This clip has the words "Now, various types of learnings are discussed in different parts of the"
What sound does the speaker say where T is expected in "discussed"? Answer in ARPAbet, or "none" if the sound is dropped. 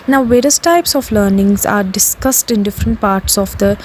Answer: T